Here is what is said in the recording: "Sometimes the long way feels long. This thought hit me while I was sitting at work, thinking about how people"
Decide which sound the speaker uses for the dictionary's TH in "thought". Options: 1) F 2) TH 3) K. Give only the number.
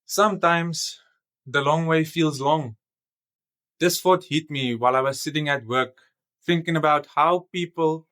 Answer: 1